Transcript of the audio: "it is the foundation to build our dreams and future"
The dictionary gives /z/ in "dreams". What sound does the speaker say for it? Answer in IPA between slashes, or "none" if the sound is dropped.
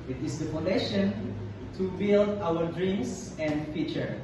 /s/